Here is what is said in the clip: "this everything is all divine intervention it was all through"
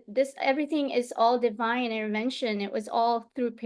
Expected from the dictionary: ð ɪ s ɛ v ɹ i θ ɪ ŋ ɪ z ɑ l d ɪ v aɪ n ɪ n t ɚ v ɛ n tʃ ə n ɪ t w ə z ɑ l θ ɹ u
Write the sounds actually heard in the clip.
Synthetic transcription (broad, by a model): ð ɪ s ɛ v ɹ i θ ɪ ŋ ɪ z ɑ l d ɪ v aɪ n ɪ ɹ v ɛ n ʃ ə n ɪ t w ə z ɑ l θ ɹ u